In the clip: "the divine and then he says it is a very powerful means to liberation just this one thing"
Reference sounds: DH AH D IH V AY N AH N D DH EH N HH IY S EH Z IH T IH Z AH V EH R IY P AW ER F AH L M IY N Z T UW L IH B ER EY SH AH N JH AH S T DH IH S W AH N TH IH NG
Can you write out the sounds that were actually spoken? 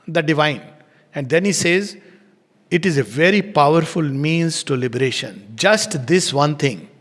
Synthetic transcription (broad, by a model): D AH D IH V AY N AH N D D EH N HH IY S EH Z IH T IH Z AH V EH R IY P AW ER F AH L M IY N Z T UW L IH B ER EY SH AH N JH AH S T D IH S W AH N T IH NG